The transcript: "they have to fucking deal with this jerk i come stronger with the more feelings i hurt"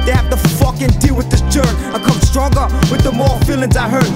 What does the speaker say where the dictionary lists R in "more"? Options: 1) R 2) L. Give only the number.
2